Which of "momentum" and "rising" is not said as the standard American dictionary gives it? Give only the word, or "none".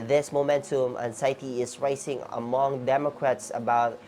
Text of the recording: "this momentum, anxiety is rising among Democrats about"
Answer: rising